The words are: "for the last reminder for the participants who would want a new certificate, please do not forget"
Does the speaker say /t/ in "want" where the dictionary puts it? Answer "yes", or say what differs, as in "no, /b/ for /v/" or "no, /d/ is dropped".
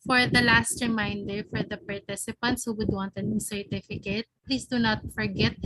yes